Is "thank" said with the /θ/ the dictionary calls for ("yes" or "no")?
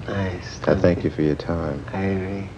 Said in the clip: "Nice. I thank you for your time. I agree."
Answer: yes